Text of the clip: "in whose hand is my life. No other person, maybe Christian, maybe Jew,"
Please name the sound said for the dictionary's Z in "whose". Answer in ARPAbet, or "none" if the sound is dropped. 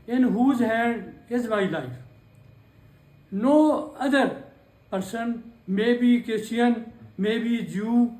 Z